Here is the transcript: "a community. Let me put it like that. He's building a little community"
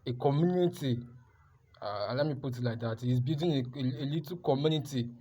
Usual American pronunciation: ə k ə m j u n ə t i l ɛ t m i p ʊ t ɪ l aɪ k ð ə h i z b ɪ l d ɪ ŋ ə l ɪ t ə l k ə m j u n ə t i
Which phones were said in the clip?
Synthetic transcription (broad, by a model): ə k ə m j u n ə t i l ɛ t m i p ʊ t ɪ l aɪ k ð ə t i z b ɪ d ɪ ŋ ə l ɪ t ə k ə m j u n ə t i